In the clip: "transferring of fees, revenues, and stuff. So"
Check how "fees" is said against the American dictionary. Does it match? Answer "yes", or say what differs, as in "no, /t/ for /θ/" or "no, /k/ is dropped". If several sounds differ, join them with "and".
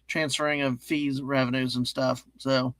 yes